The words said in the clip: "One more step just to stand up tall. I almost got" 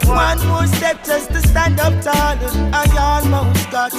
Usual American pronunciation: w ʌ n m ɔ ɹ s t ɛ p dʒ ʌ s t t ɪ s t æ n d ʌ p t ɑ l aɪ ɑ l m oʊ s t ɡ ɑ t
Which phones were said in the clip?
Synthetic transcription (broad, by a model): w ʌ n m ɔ s t ɛ p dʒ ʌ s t t ɪ s t æ n d ʌ p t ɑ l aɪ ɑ n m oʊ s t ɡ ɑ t